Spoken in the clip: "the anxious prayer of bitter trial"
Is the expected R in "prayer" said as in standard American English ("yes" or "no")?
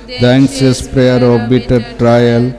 yes